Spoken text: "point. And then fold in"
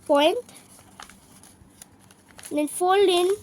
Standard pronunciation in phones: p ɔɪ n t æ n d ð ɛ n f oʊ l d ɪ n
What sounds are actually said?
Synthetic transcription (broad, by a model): p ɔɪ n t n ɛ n f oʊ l ɪ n